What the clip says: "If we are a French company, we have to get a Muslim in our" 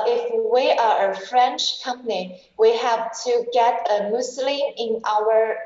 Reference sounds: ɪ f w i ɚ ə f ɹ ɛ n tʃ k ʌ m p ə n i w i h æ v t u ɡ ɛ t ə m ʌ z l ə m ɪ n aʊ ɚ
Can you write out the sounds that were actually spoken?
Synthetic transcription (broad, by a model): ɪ f w i ɚ ə f ɹ ɛ n tʃ k ʌ m p ə n i w i h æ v t u ɡ ɛ t ə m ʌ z l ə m ɪ n aʊ ɚ